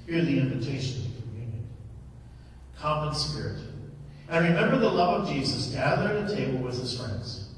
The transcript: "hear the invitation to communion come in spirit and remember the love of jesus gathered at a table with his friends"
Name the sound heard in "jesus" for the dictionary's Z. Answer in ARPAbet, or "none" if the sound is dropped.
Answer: Z